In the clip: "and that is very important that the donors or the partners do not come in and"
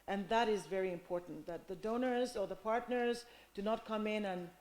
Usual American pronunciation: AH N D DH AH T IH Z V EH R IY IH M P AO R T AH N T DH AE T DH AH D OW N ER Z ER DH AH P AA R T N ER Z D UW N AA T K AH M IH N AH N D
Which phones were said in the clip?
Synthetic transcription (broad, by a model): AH N DH AH T IH Z V EH R IY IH M P AO R T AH N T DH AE T DH AH D OW N ER Z ER DH AH P AA R T N ER Z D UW N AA T K AH M IH N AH N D